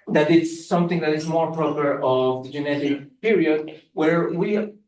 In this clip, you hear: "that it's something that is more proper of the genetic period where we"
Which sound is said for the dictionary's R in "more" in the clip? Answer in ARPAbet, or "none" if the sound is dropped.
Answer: R